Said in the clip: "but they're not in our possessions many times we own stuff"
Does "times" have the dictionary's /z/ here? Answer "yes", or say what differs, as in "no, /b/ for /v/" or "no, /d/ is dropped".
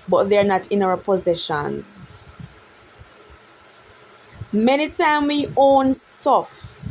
no, /z/ is dropped